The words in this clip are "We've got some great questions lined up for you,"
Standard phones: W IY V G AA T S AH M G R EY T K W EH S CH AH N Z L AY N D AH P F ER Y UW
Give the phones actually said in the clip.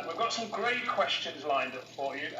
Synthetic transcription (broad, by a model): W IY V G AA T S AH M G R EY T K W EH S CH AH N Z L AY N D AH P F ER Y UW